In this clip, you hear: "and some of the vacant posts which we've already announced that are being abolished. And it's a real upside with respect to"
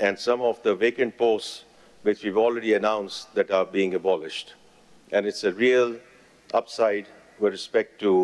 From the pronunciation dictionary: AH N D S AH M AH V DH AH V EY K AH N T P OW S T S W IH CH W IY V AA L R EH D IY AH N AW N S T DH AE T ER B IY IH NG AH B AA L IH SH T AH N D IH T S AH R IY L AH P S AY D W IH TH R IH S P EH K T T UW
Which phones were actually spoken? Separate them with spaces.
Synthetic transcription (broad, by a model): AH N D S AH M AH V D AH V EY K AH N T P OW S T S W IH CH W IY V AA L R EH D IY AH N AW N S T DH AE T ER B IY IH NG AH B AA L IH SH T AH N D IH T S AH R IY L AH P S AY D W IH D R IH S P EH K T T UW